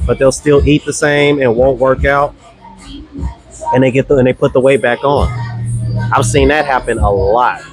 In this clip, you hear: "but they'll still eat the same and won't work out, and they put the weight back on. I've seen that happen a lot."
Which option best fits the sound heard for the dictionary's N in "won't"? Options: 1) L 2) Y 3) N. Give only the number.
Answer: 3